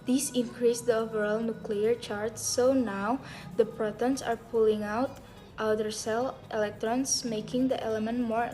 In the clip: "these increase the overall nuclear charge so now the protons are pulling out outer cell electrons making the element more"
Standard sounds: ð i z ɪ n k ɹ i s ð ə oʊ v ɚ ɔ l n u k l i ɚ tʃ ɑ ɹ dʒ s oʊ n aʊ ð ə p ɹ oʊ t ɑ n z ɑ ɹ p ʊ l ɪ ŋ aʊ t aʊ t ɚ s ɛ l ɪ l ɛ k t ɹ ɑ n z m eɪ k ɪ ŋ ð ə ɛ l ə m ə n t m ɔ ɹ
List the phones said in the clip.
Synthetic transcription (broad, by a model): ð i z ɪ n k ɹ i s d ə oʊ v ɚ ɔ l n u k l i ɚ tʃ ɑ ɹ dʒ s oʊ n aʊ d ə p ɹ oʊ t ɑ n s ɑ ɹ p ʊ l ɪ ŋ aʊ t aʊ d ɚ s ɛ l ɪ l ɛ k t ɹ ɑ n s m eɪ k ɪ ŋ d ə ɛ l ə m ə n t m ɔ ɹ